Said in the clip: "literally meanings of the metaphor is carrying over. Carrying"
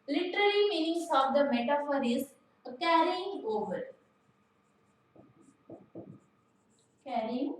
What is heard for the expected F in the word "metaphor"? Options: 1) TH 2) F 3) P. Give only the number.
2